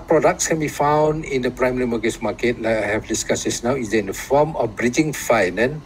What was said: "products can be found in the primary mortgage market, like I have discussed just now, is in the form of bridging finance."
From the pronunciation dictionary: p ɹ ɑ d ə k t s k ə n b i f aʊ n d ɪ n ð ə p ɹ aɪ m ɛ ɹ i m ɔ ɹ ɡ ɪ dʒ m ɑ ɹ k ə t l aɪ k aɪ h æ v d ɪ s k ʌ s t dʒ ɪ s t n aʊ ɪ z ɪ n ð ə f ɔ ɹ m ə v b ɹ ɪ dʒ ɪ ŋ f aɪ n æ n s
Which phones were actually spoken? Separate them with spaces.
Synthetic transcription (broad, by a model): p ɹ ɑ d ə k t s k ə n b i f aʊ n d ɪ n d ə p ɹ aɪ m ɛ ɹ i m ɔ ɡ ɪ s m ɑ k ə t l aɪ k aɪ h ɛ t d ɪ s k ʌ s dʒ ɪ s n aʊ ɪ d ɪ n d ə f ɔ m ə f b ɹ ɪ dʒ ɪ ŋ f aɪ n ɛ n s